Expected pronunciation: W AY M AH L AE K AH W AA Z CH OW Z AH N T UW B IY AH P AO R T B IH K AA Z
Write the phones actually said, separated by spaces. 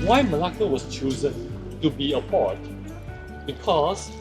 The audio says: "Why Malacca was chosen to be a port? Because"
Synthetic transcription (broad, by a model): W AY M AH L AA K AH W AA S CH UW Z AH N T UW B IY AH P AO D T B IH K AA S